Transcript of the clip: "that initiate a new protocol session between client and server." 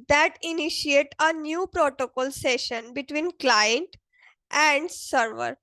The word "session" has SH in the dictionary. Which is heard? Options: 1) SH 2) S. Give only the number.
1